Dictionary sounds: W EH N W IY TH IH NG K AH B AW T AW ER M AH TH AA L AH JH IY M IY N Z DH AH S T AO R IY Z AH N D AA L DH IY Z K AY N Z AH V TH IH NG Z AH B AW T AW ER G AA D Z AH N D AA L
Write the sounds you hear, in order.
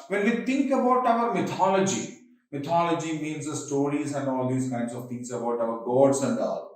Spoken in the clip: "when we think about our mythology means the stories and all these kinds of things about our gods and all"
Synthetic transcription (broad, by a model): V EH N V IY T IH NG K AH B AW T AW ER M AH T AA L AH JH IY M IY N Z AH S T AO R IY Z AH N D AA L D IY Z K AY N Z AH V T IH NG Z AH B AW T AW ER G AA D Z AH N D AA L